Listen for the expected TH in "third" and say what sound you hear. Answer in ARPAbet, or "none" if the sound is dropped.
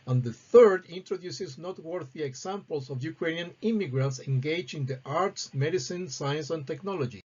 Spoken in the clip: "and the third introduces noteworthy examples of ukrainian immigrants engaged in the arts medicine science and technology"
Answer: TH